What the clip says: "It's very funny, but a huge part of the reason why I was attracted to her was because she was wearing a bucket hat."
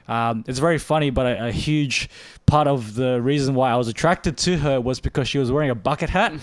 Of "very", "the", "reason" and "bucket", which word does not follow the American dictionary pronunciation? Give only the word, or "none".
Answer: none